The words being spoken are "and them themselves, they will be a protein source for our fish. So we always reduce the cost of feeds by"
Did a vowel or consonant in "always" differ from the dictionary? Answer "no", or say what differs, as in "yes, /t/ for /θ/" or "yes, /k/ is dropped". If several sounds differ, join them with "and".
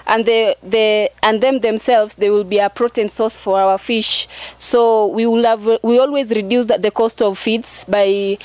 no